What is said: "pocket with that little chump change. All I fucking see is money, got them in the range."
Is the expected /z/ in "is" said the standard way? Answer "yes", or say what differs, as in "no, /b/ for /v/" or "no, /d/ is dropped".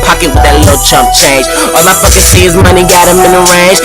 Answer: yes